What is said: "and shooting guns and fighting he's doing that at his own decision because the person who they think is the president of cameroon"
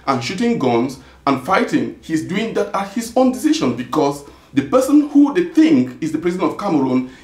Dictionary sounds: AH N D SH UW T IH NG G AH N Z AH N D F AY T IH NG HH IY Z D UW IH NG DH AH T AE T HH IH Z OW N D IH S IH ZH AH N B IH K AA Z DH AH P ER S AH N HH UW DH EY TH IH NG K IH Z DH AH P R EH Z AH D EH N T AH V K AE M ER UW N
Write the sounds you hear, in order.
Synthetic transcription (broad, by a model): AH N SH UW T IH NG G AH N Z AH N F AY T IH NG HH IY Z D UW IH NG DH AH T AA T HH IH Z OW N D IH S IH SH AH N B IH K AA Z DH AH P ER S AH N HH UW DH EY TH IH NG K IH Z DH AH P R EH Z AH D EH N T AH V K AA M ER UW N